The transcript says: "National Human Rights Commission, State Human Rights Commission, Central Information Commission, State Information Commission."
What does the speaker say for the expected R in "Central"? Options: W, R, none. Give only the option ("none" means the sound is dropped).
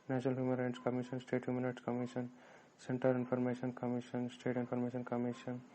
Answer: none